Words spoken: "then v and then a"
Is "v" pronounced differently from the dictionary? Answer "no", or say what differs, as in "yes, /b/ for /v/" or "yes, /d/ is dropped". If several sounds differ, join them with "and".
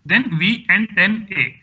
no